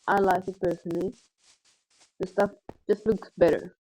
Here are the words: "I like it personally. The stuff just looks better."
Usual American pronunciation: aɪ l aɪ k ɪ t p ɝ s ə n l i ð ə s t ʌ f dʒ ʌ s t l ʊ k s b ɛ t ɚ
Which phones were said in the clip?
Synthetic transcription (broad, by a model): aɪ l aɪ k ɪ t p ɝ s ə n l i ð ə s t ʌ f dʒ ʌ s t l ʊ k s b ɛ t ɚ